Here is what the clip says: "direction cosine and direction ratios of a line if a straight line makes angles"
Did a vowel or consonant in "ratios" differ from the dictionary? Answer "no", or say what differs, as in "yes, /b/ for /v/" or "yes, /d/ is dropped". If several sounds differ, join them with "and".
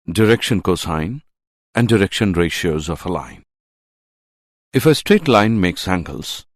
no